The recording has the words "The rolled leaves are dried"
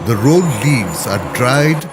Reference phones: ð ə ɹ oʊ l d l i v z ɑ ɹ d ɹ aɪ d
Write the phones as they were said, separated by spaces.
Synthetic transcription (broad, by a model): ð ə ɹ oʊ d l i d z ɑ ɹ d ɹ aɪ d